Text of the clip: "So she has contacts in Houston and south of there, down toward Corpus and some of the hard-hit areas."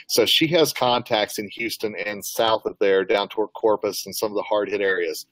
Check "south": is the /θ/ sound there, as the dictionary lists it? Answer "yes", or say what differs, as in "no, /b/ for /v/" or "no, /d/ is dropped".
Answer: yes